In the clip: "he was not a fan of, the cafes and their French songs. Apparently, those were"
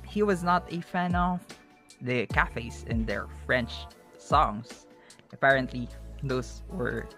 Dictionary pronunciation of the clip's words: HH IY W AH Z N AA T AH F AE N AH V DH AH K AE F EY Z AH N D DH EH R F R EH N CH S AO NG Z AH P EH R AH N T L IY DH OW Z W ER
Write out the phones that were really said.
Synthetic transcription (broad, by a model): HH IY W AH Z N AA T AH F AE N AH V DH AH K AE F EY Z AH N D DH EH R F R EH N CH S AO NG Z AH P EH R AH N T L IY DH OW S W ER